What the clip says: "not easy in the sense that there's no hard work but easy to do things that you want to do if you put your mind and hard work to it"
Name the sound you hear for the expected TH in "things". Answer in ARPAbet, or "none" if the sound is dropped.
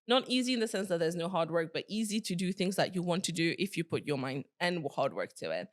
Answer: TH